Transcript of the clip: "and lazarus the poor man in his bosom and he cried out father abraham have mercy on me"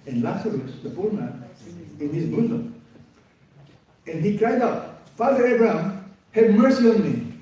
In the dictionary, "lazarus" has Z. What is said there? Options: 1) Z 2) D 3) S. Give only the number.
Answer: 3